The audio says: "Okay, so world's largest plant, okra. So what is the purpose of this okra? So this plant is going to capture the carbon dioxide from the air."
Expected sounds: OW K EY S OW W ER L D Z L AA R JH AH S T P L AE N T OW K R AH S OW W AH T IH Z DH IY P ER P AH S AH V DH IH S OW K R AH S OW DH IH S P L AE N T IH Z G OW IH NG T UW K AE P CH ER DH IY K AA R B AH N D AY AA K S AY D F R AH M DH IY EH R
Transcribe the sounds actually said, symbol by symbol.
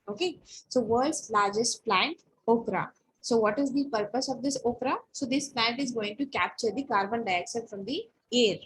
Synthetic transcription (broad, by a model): OW K EY S OW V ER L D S L AA R JH AH S T P L AE N T OW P R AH S OW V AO T IH Z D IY P ER P AH S AH V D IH S OW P R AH S OW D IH S P L AE N T IH Z G OW IH NG T UW K AE P CH ER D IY K AA R B AH N D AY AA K SH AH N F R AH M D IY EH R